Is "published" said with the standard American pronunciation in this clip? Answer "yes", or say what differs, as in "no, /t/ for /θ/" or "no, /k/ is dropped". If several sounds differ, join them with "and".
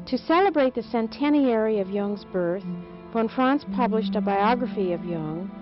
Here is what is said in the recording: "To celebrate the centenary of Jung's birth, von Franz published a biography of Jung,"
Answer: yes